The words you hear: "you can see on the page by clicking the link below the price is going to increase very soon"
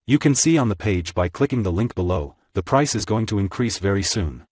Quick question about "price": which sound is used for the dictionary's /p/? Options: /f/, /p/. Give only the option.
/p/